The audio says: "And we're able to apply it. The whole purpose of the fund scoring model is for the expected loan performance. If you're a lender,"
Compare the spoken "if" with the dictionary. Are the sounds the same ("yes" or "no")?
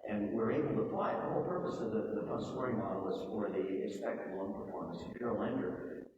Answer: no